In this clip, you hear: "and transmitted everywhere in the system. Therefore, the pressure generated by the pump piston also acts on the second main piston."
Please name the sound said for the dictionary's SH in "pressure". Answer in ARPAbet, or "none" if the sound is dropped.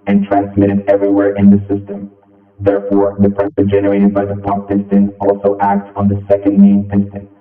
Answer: S